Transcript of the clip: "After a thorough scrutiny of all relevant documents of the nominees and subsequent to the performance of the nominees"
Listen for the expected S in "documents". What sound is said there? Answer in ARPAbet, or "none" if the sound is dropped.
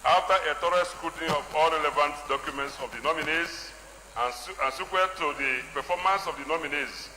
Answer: S